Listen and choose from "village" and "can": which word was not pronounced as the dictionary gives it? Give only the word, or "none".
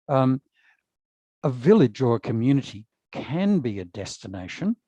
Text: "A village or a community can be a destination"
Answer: none